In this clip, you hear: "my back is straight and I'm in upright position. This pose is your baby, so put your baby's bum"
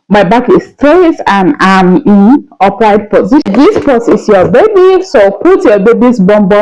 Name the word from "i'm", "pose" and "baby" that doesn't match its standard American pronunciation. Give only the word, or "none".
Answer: pose